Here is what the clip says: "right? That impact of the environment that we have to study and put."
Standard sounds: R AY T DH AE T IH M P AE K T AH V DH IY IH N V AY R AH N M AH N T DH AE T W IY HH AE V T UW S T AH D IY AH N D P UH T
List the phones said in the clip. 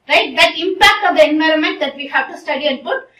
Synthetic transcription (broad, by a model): R AY T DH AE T IH M P AE K T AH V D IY IH N V AY R AH N M AH N T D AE T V IY HH AE V T UW S T AH D IY AH N D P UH T